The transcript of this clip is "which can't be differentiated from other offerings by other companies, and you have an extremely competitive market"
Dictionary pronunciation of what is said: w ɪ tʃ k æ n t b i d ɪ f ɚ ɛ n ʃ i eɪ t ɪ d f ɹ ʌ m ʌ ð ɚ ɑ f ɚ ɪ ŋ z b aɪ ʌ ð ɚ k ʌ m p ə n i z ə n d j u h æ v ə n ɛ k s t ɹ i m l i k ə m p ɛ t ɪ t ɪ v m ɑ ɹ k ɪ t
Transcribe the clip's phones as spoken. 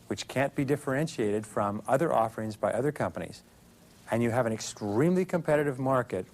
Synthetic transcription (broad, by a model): w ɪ tʃ k æ n b i d ɪ f ɚ ɛ n ʃ i eɪ t ɪ d f ɹ ʌ m ʌ ð ɚ ɑ f ɚ ɪ ŋ z b aɪ ʌ ð ɚ k ʌ m p ə n i z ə n j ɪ v ə n ɛ k s t ɹ i m l i k ə m p ɛ t ɪ t ɪ v m ɑ ɹ k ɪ t